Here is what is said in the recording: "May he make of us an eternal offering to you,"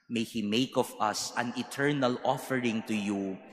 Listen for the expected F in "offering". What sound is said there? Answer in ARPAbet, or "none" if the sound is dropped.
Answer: F